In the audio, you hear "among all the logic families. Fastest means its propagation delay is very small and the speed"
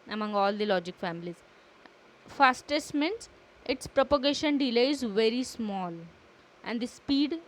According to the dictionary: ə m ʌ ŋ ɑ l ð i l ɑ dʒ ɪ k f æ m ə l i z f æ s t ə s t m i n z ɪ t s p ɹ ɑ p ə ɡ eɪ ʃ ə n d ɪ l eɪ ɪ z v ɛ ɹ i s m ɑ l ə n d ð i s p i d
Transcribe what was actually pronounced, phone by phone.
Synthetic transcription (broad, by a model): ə m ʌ ŋ ɑ l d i l ɑ dʒ ɪ k f æ m ə l i z f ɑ s t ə s t m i n s ɪ t s p ɹ ɑ p ə ɡ eɪ ʃ ə n d ɪ l eɪ ɪ z v ɛ ɹ i s m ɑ l ə n d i s p i d